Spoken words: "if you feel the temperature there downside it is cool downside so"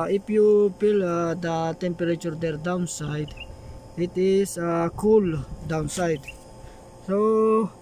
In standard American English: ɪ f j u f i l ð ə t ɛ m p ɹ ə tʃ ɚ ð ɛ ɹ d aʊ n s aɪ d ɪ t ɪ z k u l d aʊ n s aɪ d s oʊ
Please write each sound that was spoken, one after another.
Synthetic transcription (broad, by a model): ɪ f j u p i l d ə t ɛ m p ɹ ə tʃ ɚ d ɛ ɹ d aʊ n s aɪ d ɪ t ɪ s k u l d aʊ n s aɪ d s oʊ